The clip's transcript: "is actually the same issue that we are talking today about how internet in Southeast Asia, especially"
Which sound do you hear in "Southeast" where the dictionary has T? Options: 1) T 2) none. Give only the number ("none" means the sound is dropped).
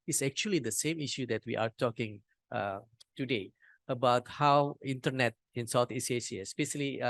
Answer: 2